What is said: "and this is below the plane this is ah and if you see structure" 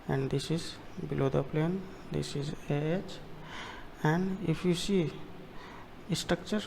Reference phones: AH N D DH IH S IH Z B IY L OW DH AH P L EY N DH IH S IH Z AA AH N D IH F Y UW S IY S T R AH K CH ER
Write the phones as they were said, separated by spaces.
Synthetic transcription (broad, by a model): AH N D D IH S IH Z B IY L OW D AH P L EY N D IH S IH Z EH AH N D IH P Y UW S IY S T R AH K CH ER